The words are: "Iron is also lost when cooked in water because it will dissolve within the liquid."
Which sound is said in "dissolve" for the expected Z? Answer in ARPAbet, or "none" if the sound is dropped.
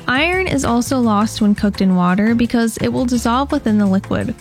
Z